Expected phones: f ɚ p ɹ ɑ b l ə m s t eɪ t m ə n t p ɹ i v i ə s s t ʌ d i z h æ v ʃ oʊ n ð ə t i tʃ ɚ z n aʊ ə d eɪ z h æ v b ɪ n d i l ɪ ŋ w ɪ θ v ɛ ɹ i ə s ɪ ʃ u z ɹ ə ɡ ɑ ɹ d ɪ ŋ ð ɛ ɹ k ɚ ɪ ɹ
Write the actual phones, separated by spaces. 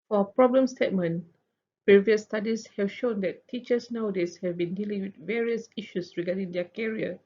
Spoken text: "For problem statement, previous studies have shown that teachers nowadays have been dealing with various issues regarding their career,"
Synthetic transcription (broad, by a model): f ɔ p ɹ ɑ b l ə m s t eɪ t m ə n p ɹ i v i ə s s t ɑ d i s h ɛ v ʃ oʊ n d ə t i tʃ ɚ s n aʊ d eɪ s h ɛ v b ɪ n d i l ɪ ŋ w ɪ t v ɛ ɹ i ə s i ʃ u s ɹ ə ɡ ɑ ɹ d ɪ ŋ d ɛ k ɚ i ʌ